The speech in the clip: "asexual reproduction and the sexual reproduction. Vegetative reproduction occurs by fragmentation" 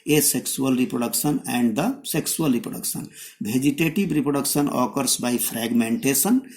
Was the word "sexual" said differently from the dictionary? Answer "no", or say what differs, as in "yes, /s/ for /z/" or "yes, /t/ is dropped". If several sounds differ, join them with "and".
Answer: yes, /s/ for /ʃ/